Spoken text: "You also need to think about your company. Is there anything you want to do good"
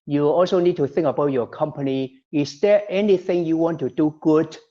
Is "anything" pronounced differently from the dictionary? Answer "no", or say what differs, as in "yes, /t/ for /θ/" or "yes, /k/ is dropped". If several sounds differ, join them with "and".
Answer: no